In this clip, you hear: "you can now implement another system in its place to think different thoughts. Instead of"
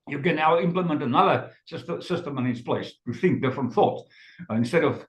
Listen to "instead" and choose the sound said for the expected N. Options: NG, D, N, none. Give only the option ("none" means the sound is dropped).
N